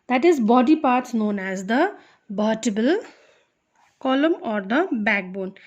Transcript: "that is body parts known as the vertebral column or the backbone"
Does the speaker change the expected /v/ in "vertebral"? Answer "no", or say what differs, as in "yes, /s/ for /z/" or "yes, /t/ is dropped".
yes, /b/ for /v/